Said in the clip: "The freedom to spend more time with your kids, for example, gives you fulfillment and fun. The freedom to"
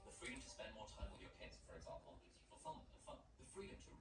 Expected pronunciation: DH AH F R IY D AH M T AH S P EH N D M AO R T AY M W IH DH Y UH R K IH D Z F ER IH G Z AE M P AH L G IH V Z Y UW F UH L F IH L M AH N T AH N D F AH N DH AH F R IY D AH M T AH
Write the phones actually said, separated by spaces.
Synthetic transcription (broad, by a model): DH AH F R IY D AH M T AH S P EH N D M AO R T AY M W IH DH Y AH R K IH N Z F ER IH G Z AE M P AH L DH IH Z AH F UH F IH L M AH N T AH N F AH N DH AH F R IY D AH M T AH